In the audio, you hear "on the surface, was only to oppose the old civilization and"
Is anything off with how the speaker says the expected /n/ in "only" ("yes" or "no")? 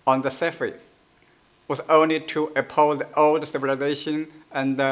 no